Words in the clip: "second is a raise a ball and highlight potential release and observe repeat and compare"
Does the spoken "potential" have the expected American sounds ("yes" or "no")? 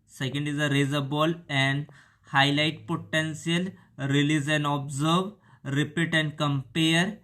no